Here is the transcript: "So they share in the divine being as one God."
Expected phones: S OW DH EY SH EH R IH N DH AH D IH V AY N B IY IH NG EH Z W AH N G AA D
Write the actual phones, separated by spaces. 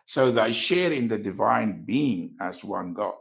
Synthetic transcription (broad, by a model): S OW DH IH SH EH R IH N DH AH D IH V AY N B IY IH NG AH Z W AH N G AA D